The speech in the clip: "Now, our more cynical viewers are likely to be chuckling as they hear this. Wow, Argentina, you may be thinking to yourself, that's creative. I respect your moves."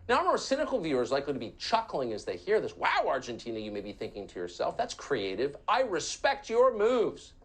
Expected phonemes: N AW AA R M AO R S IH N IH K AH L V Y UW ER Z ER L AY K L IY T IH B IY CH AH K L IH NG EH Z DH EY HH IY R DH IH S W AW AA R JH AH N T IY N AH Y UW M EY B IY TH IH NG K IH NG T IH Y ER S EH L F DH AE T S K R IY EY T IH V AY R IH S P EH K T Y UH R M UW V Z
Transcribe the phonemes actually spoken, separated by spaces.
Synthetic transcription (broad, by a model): N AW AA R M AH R S IH N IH K L V Y UW ER Z L AY K L IY T IH B IY CH AH K L IH NG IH Z DH EY HH IY R DH IH S W AW AA R JH AH N T IY N AH Y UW M EY B IY TH IH NG K IH NG T IH Y ER S EH L F DH AE T S K R IY EY T IH V AY R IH S P EH K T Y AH R M UW V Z